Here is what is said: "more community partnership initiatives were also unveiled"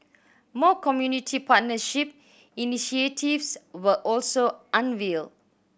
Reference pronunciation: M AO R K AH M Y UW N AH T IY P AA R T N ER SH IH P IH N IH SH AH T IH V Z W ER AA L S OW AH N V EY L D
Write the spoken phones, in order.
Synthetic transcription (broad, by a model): M AO K AH M Y UW N AH T IY P AA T N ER SH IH P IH N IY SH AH T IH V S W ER AA L S OW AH N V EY L